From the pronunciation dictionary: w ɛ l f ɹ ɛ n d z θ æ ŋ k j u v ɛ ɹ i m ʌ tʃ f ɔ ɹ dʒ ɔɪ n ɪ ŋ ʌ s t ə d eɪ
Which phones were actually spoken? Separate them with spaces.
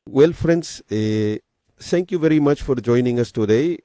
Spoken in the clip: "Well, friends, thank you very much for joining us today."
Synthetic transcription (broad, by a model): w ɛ l f ɹ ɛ n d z t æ ŋ k j u v ɛ ɹ i m ʌ tʃ f ɔ ɹ dʒ ɔɪ n ɪ ŋ ʌ s t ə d eɪ